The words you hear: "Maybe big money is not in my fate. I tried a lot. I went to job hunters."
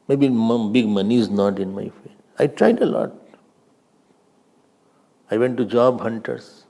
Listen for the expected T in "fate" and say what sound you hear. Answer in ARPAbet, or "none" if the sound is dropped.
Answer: none